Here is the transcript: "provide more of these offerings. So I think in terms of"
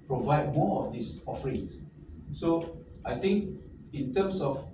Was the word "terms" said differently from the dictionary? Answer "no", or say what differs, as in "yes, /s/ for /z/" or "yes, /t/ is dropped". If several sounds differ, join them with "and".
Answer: yes, /s/ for /z/